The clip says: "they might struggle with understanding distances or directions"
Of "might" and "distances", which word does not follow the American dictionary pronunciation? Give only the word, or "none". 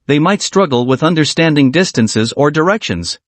none